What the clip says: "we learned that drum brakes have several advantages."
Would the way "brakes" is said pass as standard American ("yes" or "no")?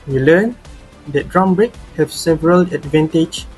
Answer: no